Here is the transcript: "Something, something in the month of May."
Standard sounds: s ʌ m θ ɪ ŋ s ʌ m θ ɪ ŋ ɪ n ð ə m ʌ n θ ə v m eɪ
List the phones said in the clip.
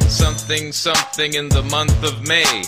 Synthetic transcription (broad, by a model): s ʌ m θ ɪ ŋ s ʌ m θ ɪ ŋ ɪ n ð ə m ʌ n θ ə v m eɪ